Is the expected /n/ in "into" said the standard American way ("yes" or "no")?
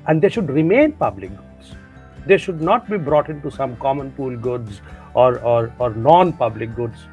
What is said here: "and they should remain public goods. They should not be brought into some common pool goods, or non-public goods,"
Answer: yes